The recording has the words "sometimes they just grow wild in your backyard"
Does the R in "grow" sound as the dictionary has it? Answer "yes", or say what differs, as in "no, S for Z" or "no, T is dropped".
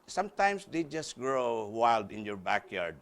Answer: yes